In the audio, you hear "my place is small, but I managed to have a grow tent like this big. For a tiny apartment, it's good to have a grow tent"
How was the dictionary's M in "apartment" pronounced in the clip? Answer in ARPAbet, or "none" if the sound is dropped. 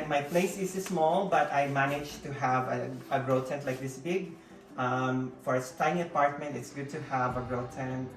M